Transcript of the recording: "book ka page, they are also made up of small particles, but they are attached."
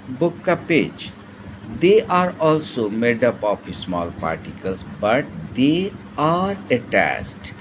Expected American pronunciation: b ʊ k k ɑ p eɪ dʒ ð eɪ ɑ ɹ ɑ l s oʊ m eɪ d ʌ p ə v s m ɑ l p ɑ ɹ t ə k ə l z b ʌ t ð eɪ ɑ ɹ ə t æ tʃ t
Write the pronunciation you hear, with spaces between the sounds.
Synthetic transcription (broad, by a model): b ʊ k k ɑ p eɪ dʒ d eɪ ɑ ɹ ɑ l s oʊ m eɪ d ʌ p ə p s m ɑ l p ɑ ɹ t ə k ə l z b ʌ t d eɪ ɑ ɹ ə t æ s t